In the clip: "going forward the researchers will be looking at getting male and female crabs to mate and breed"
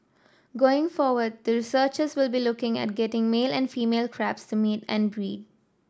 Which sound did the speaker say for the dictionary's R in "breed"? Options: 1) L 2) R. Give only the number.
2